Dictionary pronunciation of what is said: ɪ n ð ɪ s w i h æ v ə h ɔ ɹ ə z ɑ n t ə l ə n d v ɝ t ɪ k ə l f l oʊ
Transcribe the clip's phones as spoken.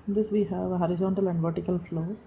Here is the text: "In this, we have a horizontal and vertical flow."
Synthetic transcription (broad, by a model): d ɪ s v i h æ v ə h ɔ ɹ ə z ɑ n t ə l ə n d v ɝ t ɪ k ə l f l oʊ